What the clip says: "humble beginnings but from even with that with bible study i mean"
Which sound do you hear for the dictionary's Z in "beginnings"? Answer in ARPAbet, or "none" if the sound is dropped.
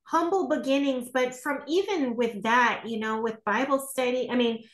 Z